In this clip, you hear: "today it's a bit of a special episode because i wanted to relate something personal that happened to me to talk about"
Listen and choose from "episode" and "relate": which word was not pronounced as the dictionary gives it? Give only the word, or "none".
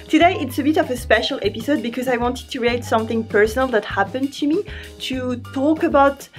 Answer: relate